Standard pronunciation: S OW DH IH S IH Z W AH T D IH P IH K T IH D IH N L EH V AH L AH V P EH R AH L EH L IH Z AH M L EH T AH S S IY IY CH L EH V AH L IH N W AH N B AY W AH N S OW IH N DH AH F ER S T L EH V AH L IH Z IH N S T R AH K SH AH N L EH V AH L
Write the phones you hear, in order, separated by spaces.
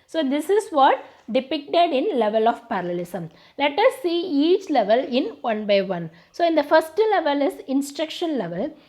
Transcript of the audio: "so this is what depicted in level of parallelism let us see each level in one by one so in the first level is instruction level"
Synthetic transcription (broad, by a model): S OW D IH S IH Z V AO T D IH P IH K T IH D IH N L EH V AH L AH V P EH R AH L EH L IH S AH M L EH T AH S S IY IY CH L EH V AH L IH N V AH N B AY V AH N S OW IH N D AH F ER S T L EH V AH L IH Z IH N S T R AH K SH AH N L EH V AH L